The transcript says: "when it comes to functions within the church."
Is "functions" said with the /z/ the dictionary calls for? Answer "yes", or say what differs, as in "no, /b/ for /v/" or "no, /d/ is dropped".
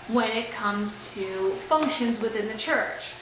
yes